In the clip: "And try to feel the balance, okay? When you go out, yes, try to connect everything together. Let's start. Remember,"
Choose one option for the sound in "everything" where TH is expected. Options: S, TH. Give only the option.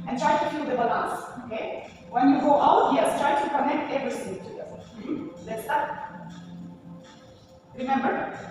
S